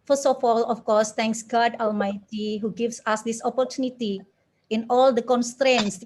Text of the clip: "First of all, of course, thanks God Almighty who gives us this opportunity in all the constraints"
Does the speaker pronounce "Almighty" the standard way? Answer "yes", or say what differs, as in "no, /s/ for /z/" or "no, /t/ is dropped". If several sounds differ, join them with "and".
yes